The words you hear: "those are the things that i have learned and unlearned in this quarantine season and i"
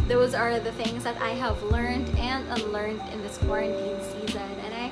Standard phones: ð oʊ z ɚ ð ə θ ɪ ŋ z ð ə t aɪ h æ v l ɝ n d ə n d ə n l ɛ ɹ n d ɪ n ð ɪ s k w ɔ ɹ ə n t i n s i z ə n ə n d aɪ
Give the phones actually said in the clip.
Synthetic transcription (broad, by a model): ð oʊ z ɚ ð ə θ ɪ ŋ z ð ə t aɪ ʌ v l ɝ n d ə n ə l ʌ ɹ n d ɪ n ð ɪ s k w ɔ ɹ ə n t i n s i z ə n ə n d aɪ